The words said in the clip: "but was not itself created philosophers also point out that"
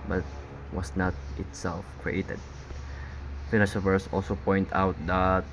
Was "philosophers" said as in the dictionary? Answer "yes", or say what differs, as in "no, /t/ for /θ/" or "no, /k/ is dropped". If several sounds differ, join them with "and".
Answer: no, /n/ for /l/ and /ʃ/ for /s/ and /s/ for /z/